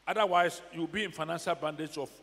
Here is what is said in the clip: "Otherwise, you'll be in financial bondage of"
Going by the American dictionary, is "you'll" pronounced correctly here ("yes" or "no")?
no